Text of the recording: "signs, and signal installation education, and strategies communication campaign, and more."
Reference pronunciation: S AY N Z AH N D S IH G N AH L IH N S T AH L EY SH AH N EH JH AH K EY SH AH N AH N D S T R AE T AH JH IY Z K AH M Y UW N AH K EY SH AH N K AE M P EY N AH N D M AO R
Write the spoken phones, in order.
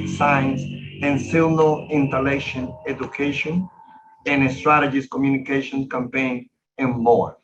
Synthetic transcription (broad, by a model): S AY N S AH N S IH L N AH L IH N T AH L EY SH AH N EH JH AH K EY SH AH N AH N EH S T R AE T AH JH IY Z K AH M Y UW N AH K EY SH AH N K AE M P EY N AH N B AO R